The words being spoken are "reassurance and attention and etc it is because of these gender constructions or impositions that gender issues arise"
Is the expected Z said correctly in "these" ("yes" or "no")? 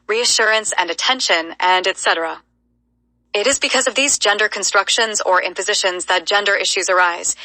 yes